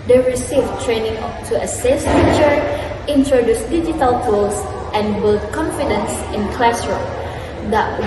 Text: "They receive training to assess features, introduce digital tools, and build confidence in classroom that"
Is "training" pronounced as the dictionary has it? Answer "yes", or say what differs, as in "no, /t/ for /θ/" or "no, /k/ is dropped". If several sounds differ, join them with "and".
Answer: yes